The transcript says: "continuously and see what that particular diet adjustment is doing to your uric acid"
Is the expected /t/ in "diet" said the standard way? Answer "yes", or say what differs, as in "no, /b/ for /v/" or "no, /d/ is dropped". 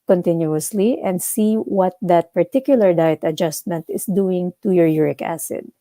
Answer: yes